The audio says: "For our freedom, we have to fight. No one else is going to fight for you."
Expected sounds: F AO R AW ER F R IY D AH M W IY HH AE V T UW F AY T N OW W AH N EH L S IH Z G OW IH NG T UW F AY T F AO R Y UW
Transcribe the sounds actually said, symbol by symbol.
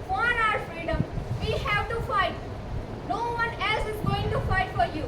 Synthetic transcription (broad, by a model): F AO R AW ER F R IY D AH M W IY HH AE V T UW F AY T N OW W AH N EH L S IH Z G OW IH NG T UW F AY T F AO R Y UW